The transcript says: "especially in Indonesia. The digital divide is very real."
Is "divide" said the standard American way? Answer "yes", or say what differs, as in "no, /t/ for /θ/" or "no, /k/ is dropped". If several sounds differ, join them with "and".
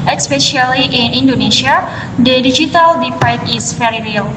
no, /p/ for /v/